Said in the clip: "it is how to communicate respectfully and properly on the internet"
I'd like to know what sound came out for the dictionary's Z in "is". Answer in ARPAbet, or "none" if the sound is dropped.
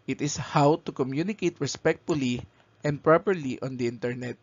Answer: S